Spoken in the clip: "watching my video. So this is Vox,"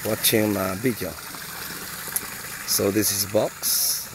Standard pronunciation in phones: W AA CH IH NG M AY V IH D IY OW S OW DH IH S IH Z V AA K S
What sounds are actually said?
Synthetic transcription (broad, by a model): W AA CH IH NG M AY B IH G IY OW S OW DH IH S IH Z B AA K S